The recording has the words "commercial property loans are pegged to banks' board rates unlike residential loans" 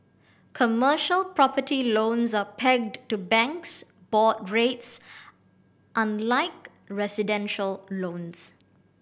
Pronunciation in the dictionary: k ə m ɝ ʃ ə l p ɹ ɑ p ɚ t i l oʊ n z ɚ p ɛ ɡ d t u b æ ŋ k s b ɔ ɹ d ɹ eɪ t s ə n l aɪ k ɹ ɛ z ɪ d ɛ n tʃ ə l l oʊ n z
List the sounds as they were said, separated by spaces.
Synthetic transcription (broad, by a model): k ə m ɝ ʃ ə l p ɹ ɑ p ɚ t i l oʊ n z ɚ p ɛ ɡ d t u b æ ŋ k s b ɔ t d ɹ eɪ t s ə n l aɪ k ɹ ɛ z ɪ d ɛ n ʃ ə l l oʊ n s